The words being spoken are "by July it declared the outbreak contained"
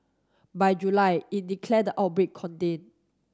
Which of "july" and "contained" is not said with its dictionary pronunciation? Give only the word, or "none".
contained